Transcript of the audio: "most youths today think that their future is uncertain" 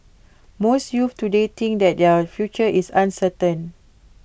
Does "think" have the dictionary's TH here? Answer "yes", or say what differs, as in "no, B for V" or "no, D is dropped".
no, T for TH